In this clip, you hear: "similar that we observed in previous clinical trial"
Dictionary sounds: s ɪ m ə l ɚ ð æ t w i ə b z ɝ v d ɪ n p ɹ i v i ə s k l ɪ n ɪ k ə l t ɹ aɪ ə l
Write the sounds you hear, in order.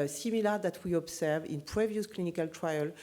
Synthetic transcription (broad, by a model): s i m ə l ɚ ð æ t w i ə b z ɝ v ɪ n p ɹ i v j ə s k l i n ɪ k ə l t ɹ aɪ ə l